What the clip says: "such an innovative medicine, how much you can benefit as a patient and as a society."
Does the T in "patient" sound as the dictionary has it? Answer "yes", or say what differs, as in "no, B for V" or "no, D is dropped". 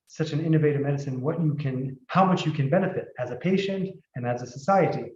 yes